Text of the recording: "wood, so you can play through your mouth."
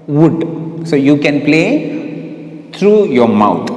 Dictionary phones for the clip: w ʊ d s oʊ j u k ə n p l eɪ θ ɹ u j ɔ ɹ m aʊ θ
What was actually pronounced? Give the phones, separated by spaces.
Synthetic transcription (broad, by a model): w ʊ d s oʊ j u k ə n p l eɪ t ɹ u j ɔ ɹ m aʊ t